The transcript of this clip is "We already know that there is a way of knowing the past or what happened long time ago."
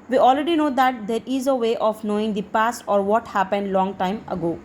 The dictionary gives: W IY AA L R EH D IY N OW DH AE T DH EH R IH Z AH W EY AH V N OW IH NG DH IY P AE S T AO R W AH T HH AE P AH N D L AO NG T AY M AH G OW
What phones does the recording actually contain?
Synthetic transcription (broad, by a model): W IY AA L R EH D IY N OW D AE T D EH R IH Z AH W EY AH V N OW IH NG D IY P AE S T AO R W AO T HH AE P AH N D L AO NG T AY M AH G OW